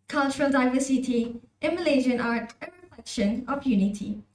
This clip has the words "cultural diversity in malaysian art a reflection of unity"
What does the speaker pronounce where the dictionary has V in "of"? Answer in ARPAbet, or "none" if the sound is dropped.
P